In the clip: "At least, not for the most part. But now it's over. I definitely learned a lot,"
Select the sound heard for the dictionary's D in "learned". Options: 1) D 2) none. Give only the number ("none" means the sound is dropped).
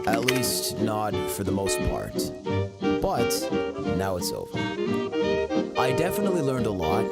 1